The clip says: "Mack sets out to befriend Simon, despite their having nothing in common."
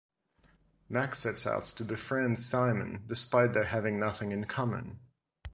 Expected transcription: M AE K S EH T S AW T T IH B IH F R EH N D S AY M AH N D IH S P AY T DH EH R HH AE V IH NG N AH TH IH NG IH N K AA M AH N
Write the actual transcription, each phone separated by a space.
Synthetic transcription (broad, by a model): M AE K S EH T S AW T T IH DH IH F R EH N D S AY M AH N D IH S P AY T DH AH R HH AE V IH NG N AH TH IH NG IH N K AA M AH N